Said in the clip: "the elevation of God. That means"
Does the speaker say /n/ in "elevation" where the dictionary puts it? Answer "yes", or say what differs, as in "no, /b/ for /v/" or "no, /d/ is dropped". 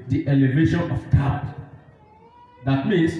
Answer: yes